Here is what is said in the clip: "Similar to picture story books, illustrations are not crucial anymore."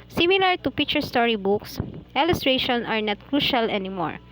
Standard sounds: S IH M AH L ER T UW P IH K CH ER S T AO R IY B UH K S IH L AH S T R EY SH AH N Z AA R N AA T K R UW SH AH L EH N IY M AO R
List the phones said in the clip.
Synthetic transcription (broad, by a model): S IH M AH L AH T UW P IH K CH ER S T AO R IY B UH K S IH L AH S T R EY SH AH N AA R N AA T K R UW SH AH L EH N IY M AO R